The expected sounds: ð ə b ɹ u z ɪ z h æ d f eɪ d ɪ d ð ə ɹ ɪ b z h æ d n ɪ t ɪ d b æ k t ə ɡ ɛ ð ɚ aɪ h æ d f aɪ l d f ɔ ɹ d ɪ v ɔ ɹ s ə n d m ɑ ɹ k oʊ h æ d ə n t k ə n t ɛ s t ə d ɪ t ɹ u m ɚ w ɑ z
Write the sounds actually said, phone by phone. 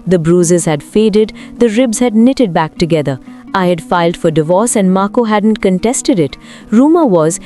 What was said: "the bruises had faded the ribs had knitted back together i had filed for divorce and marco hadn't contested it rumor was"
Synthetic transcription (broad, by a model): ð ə b ɹ u z ɪ z h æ d f eɪ d ɪ d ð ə ɹ ɪ b z h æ d n ɪ t ɪ d b æ k t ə ɡ ɛ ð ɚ aɪ h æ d f aɪ l d f ɔ ɹ d ɪ v ɔ ɹ s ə n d m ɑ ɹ k oʊ h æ d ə n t k ə n t ɛ s t ə d ɪ t ɹ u m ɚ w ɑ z